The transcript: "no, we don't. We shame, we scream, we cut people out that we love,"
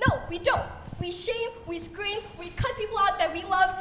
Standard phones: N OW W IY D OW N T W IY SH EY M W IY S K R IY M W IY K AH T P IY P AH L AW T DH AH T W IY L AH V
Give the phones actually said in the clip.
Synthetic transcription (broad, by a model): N OW W IY D OW N T W IY SH EY M W IY S K R IY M W IY K AH T P IY P L AW T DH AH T W IY L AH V